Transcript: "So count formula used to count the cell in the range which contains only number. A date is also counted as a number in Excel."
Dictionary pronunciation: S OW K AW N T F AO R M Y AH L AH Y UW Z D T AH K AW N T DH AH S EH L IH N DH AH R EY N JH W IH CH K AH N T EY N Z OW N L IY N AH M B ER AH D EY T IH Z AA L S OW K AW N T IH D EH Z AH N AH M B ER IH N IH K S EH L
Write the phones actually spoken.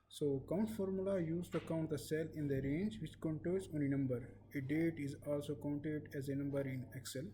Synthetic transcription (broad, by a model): S OW K AW N T F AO R M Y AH L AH Y UW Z T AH K AW N T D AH S EH L IH N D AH R EY N JH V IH CH K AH N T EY L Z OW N IY N AH M B ER AH D EY T IH Z AA L S OW K AW N T IH D EH Z AH N AH M B ER IH N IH K S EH L